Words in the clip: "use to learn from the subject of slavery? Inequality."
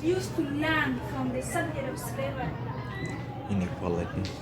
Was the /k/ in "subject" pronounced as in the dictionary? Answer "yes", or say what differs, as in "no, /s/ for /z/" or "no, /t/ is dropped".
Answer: no, /k/ is dropped